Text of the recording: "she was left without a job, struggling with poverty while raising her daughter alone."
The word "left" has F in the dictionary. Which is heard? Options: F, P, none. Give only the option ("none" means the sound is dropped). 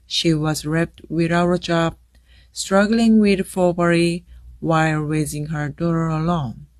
P